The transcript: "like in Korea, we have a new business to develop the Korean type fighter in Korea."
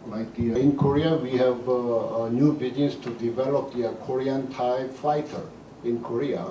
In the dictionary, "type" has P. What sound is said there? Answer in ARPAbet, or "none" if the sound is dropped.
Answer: B